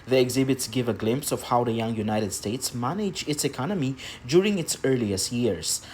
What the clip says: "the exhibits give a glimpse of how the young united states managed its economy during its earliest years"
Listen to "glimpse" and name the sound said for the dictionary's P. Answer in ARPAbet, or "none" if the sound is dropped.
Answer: P